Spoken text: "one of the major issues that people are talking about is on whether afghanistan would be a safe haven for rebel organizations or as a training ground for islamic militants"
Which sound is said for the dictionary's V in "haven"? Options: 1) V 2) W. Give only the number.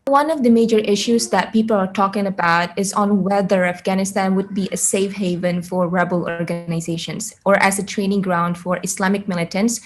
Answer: 1